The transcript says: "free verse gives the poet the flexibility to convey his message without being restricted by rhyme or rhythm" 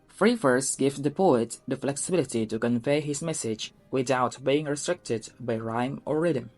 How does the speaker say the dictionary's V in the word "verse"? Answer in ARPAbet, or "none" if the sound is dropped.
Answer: F